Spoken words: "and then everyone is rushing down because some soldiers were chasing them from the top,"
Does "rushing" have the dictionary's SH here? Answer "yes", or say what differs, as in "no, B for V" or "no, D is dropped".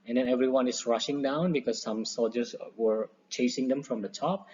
yes